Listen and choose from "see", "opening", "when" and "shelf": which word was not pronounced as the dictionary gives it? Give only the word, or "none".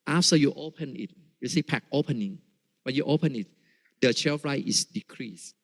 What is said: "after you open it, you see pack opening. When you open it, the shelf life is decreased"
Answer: shelf